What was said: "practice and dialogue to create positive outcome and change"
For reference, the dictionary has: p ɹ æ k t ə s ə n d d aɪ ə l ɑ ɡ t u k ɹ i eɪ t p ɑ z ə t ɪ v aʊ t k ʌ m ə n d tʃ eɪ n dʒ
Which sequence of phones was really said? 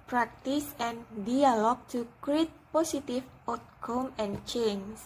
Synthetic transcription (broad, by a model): p ɹ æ k t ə s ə n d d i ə l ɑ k t u k ɹ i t p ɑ s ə t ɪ f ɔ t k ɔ m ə n tʃ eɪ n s